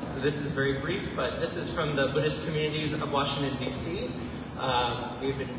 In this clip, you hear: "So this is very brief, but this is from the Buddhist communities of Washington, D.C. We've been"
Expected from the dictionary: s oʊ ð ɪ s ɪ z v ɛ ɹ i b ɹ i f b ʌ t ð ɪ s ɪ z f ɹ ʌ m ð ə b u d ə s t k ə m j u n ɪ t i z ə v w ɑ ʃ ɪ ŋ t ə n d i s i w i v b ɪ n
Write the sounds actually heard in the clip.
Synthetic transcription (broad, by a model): s oʊ ð ɪ s ɪ z v ɛ ɹ i b ɹ i f b ʌ t ð ɪ s ɪ z f ɹ ʌ m ð ə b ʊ d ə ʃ k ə m j u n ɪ t i z ə v w ɑ ʃ ɪ ŋ t ə n d i s i w i v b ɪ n